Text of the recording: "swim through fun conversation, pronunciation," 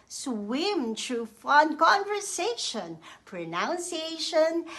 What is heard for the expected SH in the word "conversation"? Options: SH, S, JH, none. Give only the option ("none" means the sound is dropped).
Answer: SH